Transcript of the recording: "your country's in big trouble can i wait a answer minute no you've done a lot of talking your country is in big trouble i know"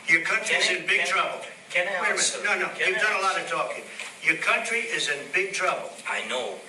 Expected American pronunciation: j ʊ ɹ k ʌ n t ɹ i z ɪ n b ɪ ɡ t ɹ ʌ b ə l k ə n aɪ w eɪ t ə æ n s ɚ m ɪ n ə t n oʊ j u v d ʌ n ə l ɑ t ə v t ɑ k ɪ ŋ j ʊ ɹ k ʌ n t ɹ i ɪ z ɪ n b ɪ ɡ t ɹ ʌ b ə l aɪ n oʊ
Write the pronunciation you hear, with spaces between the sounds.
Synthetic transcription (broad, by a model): j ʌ ɹ k ʌ n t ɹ i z ɪ n b ɪ ɡ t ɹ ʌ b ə l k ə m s n ɔ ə n oʊ j u v d ʌ n ə l ɑ t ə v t ɑ k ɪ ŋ j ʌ ɹ k ʌ n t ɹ i ɪ z ɪ n b ɪ ɡ t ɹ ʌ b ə l aɪ n oʊ